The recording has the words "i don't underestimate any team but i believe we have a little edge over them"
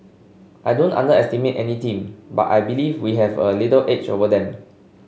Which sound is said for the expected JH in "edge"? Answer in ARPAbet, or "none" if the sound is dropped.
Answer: CH